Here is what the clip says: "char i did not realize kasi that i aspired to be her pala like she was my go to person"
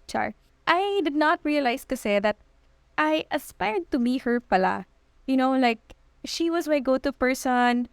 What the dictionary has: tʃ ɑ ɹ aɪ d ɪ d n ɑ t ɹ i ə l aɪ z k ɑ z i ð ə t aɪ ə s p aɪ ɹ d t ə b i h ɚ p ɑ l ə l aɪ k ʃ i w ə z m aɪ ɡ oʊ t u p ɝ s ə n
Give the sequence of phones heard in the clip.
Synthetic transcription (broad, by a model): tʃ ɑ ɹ aɪ d ɪ d n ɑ t ɹ i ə l aɪ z k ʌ s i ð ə t aɪ ə s p aɪ ɹ d t ə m i h ɚ p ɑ n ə l aɪ k ʃ i w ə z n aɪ ɡ oʊ t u p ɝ s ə n